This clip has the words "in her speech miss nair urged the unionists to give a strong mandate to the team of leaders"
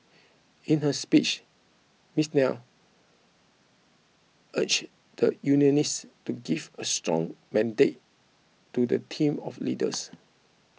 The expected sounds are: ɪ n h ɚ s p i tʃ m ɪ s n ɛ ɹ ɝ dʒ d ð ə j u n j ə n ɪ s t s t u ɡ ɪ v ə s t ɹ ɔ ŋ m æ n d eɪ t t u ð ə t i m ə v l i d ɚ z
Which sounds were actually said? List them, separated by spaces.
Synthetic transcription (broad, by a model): ɪ n h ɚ s p i tʃ m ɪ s n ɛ l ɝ tʃ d ə j u n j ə n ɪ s s t u ɡ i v ə s t ɹ ɔ ŋ m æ n d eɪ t t u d ə t i m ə f l i d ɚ s